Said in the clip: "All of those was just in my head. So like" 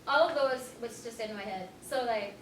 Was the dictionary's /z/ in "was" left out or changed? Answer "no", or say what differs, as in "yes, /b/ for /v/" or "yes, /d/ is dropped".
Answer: yes, /s/ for /z/